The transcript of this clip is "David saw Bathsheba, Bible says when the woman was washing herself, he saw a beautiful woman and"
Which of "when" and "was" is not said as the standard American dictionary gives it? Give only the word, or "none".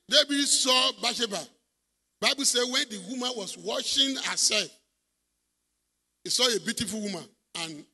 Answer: was